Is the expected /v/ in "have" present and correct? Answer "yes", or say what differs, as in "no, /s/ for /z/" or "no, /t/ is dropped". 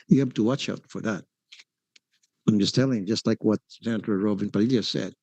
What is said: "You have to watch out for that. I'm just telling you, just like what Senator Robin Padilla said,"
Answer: no, /b/ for /v/